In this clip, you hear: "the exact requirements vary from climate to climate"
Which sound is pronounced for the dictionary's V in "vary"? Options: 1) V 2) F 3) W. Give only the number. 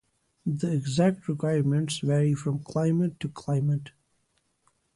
1